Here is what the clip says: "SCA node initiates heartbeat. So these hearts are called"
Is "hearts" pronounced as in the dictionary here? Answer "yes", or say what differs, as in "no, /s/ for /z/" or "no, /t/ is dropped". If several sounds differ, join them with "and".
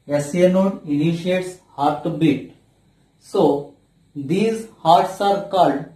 yes